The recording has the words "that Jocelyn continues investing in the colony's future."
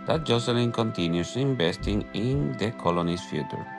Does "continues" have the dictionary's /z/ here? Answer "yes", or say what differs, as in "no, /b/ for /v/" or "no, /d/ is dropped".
no, /s/ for /z/